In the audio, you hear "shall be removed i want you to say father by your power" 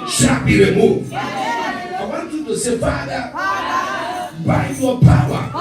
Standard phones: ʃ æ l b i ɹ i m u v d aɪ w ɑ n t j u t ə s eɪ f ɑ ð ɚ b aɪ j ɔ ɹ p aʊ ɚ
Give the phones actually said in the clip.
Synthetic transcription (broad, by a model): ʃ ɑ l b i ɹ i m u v aɪ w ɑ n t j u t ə s eɪ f ɑ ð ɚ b aɪ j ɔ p aʊ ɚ